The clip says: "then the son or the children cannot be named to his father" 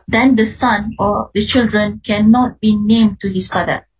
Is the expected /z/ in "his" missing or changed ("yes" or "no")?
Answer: yes